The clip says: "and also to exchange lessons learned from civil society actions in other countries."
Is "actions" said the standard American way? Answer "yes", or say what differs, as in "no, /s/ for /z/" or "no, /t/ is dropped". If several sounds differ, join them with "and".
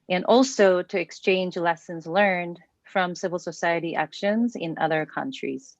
yes